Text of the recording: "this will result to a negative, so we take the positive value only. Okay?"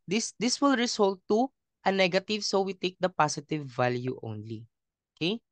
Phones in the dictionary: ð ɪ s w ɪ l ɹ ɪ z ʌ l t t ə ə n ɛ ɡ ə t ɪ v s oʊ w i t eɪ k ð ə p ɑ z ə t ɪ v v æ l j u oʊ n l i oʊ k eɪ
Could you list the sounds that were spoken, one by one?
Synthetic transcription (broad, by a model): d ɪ s w ɪ l ɹ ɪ s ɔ l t t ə ə n ɛ ɡ ə t ɪ v s oʊ w i t eɪ k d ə p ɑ s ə t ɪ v v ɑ l j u oʊ n l i oʊ k eɪ